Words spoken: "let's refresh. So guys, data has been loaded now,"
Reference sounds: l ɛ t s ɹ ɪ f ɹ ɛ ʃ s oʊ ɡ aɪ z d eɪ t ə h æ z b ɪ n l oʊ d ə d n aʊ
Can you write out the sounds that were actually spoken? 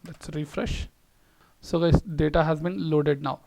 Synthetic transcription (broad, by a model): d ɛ t s ɹ ɪ f ɹ ɛ ʃ s oʊ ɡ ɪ d eɪ t ə h æ z b ɪ n l oʊ d ə d n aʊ